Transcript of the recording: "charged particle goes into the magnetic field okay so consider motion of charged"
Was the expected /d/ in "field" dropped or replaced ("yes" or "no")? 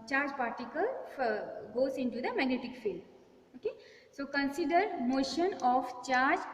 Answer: yes